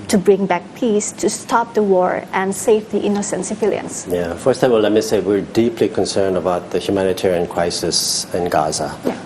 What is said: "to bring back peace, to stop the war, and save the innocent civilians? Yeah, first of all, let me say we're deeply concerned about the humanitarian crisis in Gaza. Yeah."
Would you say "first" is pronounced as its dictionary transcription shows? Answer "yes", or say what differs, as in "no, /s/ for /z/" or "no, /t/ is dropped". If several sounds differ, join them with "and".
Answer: yes